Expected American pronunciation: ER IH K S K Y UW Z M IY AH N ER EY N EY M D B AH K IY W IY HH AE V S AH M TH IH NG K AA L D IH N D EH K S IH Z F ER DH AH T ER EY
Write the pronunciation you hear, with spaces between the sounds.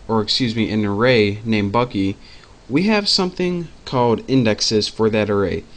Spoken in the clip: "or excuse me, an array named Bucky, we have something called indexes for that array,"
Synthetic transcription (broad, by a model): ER IH K S K Y UW Z M IY AH N ER EY N EY M B AH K IY W IY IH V S AH M TH IH NG K AA L D IH N D EH K S IH Z F ER DH AH T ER EY